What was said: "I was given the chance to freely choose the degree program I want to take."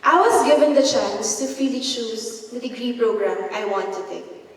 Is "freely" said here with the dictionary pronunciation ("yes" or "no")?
no